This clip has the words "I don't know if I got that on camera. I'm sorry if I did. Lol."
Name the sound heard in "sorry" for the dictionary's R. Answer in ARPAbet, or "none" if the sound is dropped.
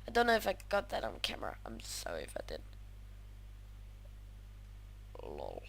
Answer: none